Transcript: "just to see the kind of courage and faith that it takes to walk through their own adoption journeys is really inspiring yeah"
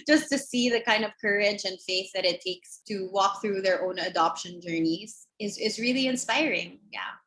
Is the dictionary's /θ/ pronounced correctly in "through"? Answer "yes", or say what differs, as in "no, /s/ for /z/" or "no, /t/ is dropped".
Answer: yes